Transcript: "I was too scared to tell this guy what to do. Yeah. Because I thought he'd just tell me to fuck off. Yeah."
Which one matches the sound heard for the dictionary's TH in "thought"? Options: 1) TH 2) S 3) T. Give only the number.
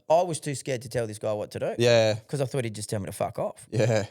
1